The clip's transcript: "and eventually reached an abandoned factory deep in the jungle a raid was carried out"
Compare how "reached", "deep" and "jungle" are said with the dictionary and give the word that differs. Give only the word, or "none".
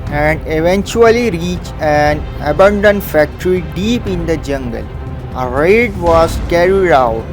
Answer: reached